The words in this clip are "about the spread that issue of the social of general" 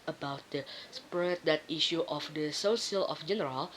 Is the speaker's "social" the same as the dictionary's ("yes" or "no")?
no